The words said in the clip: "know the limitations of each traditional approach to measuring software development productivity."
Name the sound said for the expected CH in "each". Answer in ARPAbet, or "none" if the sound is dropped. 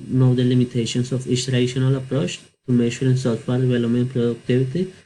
S